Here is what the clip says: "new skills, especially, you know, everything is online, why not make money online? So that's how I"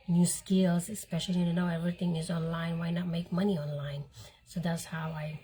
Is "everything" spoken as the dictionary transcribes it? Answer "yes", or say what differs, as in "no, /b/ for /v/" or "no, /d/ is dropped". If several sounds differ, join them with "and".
no, /t/ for /θ/